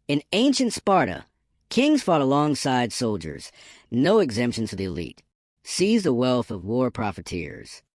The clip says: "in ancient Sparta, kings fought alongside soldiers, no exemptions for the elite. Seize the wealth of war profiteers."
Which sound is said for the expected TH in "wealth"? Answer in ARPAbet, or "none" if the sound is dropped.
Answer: TH